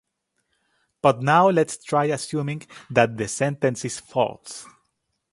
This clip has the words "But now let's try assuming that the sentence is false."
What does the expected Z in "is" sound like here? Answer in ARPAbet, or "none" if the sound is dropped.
S